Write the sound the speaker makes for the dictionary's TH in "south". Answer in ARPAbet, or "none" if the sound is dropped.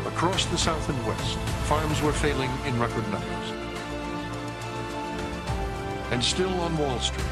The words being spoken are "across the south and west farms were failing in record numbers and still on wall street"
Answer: TH